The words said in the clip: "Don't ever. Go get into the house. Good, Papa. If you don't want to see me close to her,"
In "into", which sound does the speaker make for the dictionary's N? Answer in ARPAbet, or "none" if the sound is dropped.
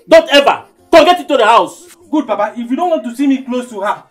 none